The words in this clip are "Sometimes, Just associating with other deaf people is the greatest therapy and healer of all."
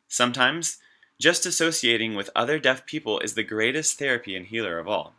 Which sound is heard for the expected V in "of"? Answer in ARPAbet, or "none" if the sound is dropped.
V